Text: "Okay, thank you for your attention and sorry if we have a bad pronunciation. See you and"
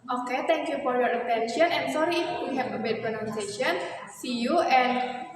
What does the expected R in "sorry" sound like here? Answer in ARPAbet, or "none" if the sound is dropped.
R